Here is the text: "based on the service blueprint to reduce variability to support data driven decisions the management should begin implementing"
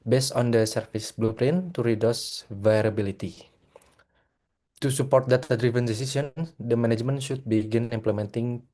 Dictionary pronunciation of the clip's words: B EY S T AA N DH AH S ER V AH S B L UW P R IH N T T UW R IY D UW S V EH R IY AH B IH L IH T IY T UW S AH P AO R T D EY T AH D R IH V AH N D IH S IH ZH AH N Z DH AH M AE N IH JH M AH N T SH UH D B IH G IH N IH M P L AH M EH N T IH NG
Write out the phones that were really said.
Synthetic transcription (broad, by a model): B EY S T AA N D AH S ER F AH S B L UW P R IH N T T UW R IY D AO S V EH R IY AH B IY L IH T IY T UW S AH P AO R T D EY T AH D R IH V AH N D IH S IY S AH N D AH M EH N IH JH M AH N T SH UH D B IH G IH N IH M P L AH M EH N T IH NG